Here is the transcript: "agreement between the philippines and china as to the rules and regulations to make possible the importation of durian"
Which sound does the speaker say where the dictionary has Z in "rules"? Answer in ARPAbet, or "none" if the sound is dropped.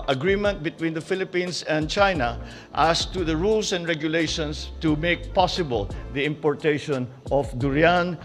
S